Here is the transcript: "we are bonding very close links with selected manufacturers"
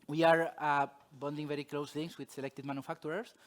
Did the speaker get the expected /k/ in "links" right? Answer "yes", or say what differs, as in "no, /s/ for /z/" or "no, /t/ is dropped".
no, /k/ is dropped